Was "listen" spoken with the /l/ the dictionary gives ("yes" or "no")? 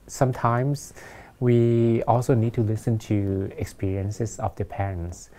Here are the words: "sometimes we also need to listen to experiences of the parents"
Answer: yes